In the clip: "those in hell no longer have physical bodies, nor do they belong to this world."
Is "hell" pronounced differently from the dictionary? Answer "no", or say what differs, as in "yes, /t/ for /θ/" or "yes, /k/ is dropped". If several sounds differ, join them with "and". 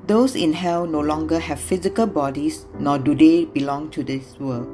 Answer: yes, /w/ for /l/